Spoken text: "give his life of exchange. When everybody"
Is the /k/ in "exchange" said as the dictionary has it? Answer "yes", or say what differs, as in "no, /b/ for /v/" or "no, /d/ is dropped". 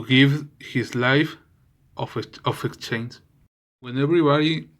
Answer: yes